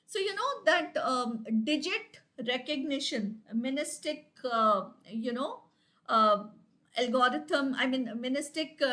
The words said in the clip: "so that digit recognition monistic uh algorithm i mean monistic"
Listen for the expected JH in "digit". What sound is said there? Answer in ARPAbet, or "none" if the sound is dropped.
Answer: JH